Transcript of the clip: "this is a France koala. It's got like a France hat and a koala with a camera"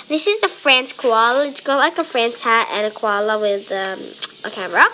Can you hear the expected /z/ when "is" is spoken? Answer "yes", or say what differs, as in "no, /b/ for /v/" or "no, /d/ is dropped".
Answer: yes